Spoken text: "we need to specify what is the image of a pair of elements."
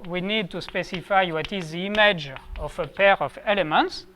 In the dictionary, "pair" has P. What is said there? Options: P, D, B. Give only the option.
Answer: P